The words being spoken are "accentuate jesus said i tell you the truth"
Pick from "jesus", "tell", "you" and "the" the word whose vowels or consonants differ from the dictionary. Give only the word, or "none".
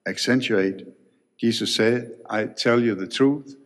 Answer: jesus